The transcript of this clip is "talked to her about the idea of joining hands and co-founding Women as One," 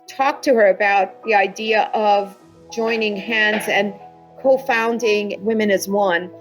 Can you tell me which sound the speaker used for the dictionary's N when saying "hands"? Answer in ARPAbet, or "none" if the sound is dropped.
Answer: N